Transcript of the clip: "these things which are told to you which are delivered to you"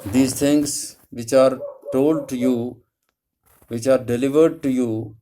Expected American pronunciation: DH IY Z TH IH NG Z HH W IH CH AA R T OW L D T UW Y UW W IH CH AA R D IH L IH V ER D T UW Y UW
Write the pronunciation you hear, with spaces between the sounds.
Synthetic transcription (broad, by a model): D IY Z T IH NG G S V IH CH AA R T OW L D T UW Y UW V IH CH AA R D IH L IH V ER D T UW Y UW